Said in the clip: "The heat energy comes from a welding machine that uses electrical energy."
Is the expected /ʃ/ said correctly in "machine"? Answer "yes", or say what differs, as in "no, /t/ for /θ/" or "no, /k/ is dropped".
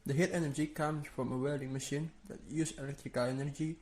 yes